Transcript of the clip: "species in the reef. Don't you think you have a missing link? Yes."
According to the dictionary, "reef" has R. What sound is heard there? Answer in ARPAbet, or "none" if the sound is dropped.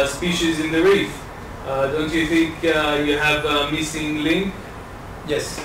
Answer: R